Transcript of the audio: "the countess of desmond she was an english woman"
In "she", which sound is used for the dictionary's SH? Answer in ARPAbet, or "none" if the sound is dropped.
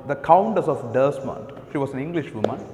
SH